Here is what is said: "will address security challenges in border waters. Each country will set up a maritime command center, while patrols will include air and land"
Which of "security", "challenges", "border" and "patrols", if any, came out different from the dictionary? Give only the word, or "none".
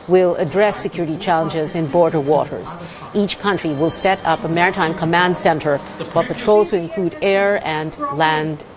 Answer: none